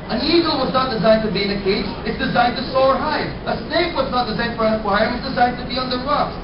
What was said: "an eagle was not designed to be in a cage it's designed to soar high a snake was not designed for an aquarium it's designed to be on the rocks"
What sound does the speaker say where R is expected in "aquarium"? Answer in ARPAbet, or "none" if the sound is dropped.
none